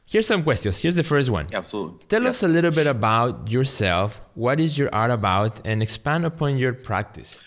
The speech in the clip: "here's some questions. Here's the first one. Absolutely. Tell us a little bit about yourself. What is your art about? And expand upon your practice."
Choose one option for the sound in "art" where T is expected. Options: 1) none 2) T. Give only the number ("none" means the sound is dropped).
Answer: 2